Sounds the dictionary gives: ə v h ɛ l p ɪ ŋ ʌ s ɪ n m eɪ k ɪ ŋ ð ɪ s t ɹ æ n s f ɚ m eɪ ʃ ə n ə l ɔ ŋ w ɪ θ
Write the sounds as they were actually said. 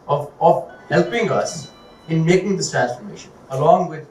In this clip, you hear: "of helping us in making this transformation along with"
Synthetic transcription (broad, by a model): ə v h ɛ l p ɪ ŋ ʌ s ɪ n m eɪ k ɪ ŋ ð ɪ s t ɹ æ n s f ɚ m eɪ ʃ ə n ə l ɔ ŋ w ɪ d